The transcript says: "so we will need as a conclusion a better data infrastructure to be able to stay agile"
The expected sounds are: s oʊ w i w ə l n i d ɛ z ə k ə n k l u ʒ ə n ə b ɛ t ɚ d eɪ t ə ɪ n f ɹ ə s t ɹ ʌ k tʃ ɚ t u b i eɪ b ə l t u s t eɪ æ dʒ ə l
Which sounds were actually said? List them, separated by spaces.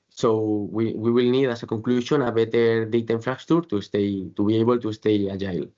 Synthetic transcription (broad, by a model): s oʊ w i w ə l n i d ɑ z ə k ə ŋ k l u ʃ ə n ə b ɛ t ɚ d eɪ t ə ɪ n f ɹ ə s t ɹ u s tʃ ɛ t u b i eɪ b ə l t u s t eɪ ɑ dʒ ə l